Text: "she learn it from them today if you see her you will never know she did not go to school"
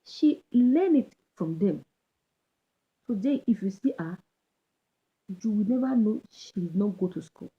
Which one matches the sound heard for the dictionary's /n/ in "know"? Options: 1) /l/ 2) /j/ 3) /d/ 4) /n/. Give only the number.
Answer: 4